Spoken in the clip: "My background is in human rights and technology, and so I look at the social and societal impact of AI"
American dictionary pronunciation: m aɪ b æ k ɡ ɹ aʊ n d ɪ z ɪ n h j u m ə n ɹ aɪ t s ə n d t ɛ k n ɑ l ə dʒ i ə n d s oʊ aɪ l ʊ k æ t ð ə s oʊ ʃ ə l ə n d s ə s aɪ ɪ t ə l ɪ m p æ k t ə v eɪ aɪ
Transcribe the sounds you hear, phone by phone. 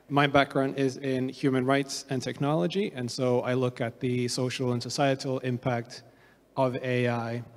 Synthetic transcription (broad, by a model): m aɪ b æ k ɡ ɹ aʊ n d ɪ z ɪ n h j u m ə n ɹ aɪ t s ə n t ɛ k n ɑ l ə dʒ i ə n s oʊ aɪ l ʊ k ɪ t ð ə s oʊ ʃ l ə n s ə s aɪ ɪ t l ɪ m p æ k t ə v eɪ aɪ